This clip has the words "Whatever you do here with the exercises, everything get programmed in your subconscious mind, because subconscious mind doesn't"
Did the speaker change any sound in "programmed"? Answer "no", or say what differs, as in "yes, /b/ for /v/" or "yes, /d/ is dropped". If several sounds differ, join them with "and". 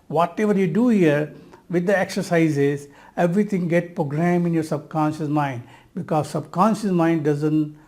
yes, /d/ is dropped